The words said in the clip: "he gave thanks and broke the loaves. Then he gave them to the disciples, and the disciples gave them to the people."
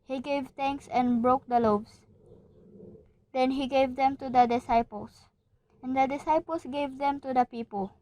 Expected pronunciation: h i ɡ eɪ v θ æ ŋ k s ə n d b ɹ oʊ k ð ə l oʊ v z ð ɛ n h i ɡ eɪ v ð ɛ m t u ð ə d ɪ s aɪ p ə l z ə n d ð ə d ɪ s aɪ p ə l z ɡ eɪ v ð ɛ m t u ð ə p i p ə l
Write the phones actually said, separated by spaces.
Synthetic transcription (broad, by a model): h i ɡ eɪ v t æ ŋ k s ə n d b ɹ oʊ k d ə l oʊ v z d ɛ n h i ɡ eɪ v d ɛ m t u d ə d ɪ s aɪ p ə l s ə n d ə d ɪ s aɪ p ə l s ɡ eɪ v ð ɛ m t u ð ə p i p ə l